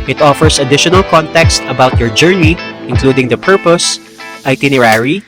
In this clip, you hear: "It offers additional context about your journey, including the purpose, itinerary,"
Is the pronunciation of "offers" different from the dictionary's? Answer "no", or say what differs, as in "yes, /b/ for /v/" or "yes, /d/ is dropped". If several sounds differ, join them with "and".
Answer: yes, /s/ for /z/